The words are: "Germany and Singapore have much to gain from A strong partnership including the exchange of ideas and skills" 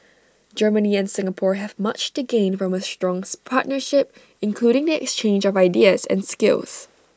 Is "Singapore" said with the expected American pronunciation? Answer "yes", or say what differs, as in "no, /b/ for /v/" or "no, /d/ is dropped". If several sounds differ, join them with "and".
yes